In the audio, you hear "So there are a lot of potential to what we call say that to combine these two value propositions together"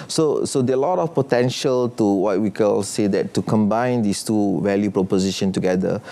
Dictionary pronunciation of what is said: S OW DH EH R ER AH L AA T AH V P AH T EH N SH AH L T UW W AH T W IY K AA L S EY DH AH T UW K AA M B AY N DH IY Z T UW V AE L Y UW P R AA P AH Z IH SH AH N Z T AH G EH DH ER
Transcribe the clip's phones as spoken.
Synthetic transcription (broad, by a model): S OW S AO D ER AH L AA T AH F P AH T EH N SH AH L T UW W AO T W IY K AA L S EY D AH T UW K AA M B AY N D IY S T UW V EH L Y UW P R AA P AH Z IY SH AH N T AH G EH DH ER